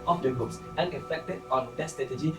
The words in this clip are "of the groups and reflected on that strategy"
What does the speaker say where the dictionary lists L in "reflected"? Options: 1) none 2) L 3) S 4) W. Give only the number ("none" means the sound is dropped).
1